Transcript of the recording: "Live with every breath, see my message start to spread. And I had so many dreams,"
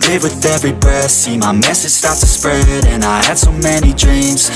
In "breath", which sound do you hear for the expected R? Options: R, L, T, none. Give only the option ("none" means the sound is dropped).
none